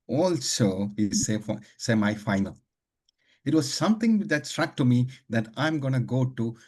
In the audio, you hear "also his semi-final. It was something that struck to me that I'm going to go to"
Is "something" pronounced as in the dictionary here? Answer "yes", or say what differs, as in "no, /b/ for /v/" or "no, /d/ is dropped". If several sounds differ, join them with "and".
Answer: no, /t/ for /θ/